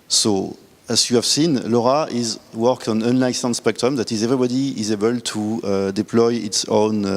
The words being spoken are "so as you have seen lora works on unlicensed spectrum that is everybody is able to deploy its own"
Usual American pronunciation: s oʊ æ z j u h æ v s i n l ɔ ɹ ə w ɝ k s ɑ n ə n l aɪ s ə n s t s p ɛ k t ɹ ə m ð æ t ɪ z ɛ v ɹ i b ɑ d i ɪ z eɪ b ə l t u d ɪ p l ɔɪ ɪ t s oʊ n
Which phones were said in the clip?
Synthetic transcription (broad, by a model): s oʊ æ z j u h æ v s i n l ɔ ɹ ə w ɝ k ɑ n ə n l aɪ s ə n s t s p ɛ k t ɹ ə m ð æ t ɪ z ɛ v ɹ i b ɑ d i ɪ z eɪ b ə l t u d ɪ p l ɔɪ ɪ t s oʊ n